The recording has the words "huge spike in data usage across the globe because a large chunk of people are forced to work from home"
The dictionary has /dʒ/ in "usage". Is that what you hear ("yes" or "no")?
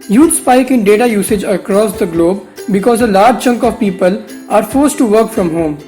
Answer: yes